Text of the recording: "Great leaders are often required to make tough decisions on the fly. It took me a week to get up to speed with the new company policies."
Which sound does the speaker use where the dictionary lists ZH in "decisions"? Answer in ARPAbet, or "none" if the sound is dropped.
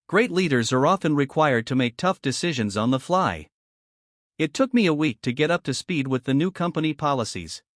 ZH